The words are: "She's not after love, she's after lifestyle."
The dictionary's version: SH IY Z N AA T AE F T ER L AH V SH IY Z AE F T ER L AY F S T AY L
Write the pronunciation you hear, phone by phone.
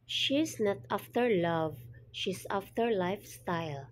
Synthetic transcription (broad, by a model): SH IY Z N AA T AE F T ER L AH V SH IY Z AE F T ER L AY F S T AY L